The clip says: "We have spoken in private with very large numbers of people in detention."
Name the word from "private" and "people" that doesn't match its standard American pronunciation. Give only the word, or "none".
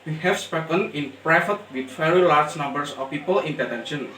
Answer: private